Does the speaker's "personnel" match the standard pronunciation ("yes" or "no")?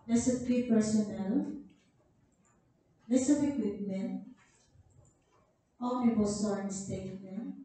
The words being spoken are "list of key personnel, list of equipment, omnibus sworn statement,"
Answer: yes